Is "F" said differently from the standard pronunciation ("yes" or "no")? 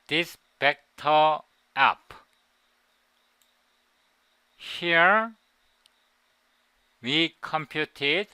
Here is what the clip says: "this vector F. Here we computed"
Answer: yes